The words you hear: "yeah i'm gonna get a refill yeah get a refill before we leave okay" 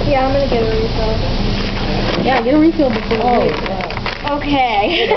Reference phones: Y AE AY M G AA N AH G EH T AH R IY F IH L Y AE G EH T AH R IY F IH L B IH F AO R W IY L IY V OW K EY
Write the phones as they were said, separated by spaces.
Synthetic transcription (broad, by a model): Y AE AY M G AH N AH G EH T AH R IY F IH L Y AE G EH T AH R IY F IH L B IH F AO R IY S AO OW K EY